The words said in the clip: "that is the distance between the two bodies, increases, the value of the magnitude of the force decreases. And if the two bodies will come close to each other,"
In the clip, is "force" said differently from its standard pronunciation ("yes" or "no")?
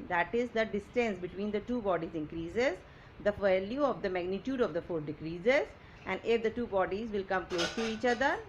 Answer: yes